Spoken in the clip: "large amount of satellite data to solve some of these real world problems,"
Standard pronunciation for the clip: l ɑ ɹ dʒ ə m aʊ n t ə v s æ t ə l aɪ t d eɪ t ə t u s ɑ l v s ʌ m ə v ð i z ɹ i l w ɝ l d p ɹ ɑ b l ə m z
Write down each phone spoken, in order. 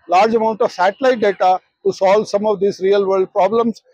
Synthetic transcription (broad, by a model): l ɑ ɹ dʒ ə m aʊ n t ə v s æ t ə l aɪ t d eɪ t ə t u s ɑ l v s ʌ m ə v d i s ɹ i l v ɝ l d p ɹ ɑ b l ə m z